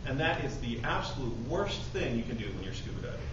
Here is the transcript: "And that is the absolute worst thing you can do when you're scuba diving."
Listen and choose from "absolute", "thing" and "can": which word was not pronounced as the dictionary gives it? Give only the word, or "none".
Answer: none